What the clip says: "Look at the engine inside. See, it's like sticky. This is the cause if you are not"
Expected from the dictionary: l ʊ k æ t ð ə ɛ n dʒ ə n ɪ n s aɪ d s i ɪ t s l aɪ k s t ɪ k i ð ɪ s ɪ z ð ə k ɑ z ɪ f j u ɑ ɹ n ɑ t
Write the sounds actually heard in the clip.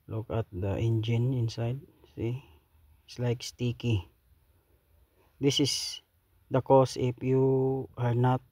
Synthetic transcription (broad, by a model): l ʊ k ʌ t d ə ɛ n dʒ ə n ɪ n s aɪ d s i ɪ t s l aɪ k s t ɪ k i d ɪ s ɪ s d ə k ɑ s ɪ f j u ɑ ɹ n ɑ t